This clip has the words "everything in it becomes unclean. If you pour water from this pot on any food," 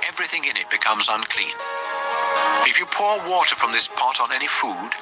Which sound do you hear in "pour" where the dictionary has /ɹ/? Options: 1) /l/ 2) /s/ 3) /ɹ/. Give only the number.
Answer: 3